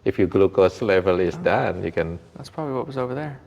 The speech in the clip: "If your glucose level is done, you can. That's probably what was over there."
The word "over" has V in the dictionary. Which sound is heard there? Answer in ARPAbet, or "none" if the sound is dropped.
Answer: V